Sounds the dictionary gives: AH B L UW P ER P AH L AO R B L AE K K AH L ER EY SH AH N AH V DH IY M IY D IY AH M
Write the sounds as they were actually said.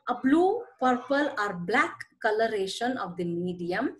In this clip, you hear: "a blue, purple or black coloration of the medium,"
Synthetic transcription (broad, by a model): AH B L UW P ER P AH L AO R B L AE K K AH L ER EY SH AH N AH V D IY M IY D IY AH M